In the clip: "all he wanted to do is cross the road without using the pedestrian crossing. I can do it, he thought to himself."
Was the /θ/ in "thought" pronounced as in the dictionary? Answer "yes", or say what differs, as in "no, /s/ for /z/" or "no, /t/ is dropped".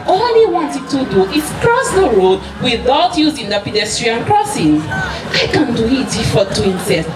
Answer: no, /f/ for /θ/